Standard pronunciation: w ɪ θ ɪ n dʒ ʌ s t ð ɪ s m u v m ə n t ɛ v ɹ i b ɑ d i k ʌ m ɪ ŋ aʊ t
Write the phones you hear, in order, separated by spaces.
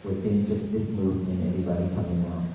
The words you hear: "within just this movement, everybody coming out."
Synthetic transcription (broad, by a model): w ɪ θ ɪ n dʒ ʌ s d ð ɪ s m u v ə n ɛ v ɹ i b ɑ d i k ʌ m ɪ ŋ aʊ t